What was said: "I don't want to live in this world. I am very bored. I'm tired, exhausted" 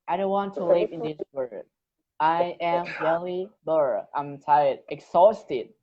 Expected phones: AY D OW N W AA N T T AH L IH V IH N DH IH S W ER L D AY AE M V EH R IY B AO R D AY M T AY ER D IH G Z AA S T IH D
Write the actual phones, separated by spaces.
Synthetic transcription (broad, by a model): AY D OW N W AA N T T AH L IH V IH N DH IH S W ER D AY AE M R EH L IY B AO R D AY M T AY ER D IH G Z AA S T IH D